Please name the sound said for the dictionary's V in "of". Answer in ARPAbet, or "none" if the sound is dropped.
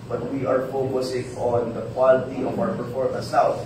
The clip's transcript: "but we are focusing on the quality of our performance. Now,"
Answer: W